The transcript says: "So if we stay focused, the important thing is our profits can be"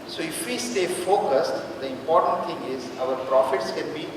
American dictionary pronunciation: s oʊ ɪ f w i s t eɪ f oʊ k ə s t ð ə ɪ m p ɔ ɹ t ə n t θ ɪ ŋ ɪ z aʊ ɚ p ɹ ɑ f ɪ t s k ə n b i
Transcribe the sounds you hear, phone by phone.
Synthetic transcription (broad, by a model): s oʊ ɪ f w i s t eɪ f oʊ k ə s t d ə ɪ m p ɔ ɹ t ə n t t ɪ ŋ ɪ z aʊ ɚ p ɹ ɑ f ɪ t s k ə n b i